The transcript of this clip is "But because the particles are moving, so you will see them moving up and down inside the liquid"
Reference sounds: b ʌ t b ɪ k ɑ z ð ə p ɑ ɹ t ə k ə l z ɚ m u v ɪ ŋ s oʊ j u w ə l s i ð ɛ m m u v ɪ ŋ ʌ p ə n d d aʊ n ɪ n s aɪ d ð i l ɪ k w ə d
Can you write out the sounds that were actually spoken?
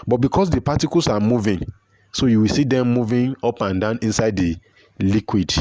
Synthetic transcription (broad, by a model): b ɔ t b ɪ k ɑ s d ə p ɑ t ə k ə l s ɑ m u v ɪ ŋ s oʊ j u w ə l s i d ɛ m m u v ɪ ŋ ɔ p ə n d d aʊ n ɪ n s aɪ d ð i l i k w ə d